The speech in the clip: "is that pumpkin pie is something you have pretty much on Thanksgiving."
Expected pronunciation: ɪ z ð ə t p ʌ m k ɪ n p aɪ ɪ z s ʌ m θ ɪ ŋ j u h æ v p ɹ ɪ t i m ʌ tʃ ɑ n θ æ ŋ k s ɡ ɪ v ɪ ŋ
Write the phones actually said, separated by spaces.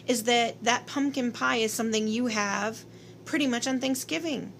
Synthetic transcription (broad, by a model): ɪ z ð ə t p ʌ m k ɪ n p aɪ ɪ z s ʌ m θ ɪ ŋ j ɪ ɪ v p ɹ ɪ t i m ʌ tʃ n θ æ ŋ k s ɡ ɪ v ɪ ŋ